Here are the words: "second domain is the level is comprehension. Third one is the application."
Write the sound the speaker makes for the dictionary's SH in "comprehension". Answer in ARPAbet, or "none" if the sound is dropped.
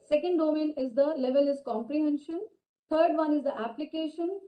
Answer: SH